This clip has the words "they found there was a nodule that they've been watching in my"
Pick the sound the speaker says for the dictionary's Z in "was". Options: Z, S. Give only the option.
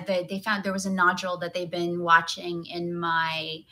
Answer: Z